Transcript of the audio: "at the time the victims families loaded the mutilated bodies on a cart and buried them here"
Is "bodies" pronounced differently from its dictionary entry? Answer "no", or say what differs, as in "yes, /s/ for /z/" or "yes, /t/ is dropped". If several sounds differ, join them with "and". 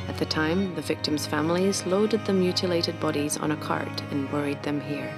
no